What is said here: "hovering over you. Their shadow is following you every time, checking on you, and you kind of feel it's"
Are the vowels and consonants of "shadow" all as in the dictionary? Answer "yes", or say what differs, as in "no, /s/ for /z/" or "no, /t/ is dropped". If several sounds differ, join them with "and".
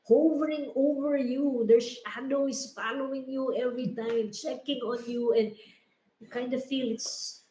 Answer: no, /s/ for /ʃ/